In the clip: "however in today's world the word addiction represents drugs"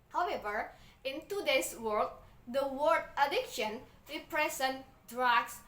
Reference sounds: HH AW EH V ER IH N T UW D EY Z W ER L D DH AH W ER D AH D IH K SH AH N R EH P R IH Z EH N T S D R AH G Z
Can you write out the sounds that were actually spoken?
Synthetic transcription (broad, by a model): HH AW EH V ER IH N T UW D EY S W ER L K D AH W ER D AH D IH K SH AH N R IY P R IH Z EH N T D R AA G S